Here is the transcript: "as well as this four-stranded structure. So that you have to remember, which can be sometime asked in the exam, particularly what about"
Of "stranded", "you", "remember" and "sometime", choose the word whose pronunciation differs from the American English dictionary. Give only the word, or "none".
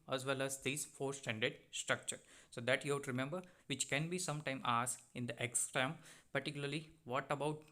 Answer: stranded